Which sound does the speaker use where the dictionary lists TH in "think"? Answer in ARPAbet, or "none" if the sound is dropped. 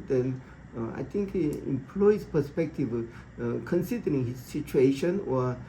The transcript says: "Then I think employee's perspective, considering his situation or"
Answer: T